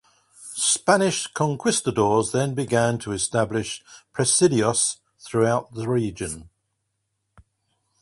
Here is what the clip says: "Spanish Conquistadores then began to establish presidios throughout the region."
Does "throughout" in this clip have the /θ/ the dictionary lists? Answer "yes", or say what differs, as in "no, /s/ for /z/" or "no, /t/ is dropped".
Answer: yes